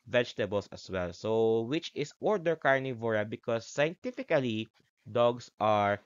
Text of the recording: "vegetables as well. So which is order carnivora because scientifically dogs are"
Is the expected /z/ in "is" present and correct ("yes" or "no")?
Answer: no